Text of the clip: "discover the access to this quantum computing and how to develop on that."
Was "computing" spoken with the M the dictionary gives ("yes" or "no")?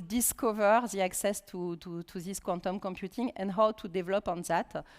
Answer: yes